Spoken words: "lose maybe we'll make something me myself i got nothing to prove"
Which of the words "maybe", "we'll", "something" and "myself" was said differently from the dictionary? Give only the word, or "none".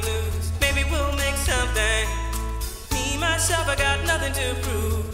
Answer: myself